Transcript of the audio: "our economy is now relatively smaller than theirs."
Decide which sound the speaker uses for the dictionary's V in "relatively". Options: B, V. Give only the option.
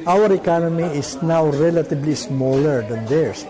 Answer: B